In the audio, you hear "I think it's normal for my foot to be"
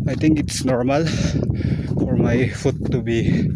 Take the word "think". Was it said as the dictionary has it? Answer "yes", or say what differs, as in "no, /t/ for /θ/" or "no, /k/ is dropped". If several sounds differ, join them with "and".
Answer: no, /t/ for /θ/